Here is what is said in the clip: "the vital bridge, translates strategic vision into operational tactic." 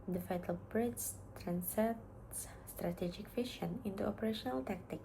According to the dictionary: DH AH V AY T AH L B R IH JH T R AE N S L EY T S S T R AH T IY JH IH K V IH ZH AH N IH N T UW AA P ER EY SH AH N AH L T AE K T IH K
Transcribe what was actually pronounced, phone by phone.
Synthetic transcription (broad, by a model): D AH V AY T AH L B R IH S T R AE N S EY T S S T R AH T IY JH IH K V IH SH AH N IH N T UW AA P ER EY SH AH N AH L T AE K T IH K